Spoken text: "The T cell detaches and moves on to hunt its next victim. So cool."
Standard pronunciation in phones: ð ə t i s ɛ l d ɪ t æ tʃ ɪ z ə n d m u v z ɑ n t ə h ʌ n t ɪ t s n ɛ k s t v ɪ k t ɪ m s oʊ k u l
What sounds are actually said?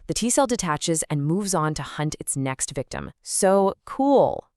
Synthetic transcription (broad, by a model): ð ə t i s ɛ l d ɪ t æ tʃ ɪ z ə n m u v z n t ə h ʌ n t ɪ t s n ɛ k s t v ɪ k t ɪ m s oʊ k u l